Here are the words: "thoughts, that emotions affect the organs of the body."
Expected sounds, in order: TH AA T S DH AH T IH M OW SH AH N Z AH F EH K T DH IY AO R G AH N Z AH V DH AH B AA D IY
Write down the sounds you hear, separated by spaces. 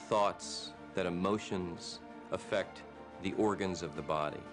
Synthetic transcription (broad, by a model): TH AA T S DH AH T IH M OW SH AH N Z AH F EH K T DH IY AO R G AH N Z AH V DH AH B AA D IY